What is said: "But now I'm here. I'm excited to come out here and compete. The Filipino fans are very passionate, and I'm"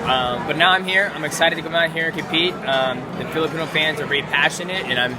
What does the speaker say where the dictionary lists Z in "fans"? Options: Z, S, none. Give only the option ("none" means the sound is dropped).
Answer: Z